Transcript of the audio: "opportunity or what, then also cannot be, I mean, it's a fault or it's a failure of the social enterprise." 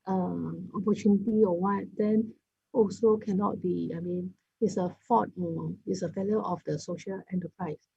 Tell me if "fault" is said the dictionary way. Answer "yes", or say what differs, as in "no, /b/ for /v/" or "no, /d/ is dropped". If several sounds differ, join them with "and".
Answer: no, /l/ is dropped